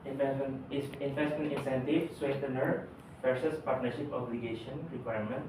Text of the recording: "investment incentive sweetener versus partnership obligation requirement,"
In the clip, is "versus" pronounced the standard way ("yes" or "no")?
no